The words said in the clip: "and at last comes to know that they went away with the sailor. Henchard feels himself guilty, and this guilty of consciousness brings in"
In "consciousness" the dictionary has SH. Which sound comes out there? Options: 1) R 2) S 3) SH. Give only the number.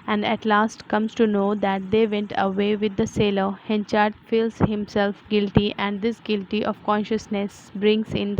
3